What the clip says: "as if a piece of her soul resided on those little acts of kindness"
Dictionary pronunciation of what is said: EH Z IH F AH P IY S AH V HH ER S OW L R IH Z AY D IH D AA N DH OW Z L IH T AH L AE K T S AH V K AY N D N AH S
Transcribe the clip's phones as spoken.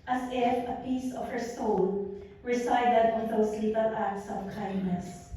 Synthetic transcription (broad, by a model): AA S IH F AH P IY S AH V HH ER S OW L R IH S AY D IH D AA N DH OW S L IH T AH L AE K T S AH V K AY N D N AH S